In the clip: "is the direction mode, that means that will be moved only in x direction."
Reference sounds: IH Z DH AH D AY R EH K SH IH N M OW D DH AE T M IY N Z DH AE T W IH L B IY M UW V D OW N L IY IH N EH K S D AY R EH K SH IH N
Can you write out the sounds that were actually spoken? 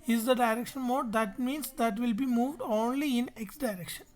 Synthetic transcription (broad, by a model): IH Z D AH D AY R EH K SH IH N M OW D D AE T M IY N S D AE T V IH L B IY M UW V D OW N L IY IH N EH K S D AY R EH K SH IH N